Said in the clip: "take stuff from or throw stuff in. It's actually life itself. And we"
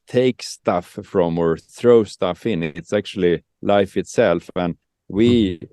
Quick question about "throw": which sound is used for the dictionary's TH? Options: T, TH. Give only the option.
TH